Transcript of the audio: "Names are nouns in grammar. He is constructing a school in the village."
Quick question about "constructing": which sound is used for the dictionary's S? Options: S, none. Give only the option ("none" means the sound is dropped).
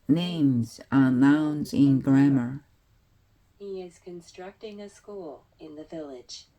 S